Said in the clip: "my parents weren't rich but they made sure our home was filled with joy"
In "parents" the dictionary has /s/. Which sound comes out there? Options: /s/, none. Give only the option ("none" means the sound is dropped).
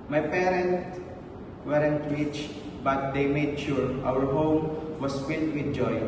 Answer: none